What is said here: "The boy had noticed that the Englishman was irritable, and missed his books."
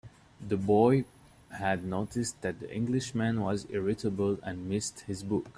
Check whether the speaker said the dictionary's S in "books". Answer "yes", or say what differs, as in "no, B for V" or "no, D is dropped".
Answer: no, S is dropped